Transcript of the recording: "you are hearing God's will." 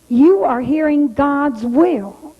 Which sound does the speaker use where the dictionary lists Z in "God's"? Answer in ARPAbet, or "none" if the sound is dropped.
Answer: Z